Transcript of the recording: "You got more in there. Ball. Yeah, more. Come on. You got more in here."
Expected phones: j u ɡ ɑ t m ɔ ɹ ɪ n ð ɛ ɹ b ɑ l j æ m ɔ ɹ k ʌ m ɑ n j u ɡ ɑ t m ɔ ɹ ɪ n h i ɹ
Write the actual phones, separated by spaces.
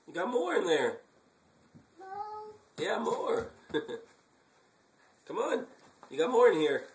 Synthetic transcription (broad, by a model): j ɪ ɡ ɑ t m ɔ ɹ ɪ n ð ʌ ɹ j æ m ɔ ɹ k ʌ m ɑ n j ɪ ɡ ɑ t m ɔ ɹ ɪ n h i ɹ